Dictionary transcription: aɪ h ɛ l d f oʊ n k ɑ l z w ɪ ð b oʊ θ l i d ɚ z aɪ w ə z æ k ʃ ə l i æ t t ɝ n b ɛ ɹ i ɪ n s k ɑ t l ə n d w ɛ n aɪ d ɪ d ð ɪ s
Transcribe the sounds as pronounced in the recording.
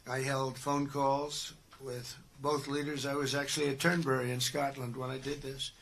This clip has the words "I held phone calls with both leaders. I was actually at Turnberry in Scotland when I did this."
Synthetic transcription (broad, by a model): aɪ h ɛ l d f oʊ n k ɑ l z w ɪ ð b oʊ θ l i d ɚ z aɪ w ə z æ k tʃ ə l i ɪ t t ɝ n b ɛ ɹ i ɪ n s k ɑ t l ə n d w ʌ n aɪ d ɪ d ð ɪ s